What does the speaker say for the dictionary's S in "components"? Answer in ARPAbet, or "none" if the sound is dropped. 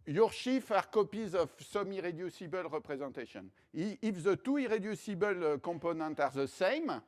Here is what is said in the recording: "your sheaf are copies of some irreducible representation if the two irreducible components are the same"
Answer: none